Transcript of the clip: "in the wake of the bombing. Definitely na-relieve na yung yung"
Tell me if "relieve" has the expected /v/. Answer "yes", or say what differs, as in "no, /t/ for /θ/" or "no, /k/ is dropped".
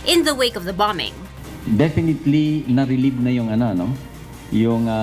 no, /b/ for /v/